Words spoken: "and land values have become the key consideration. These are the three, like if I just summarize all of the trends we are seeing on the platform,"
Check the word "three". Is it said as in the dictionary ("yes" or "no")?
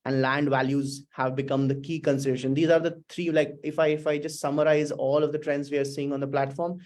no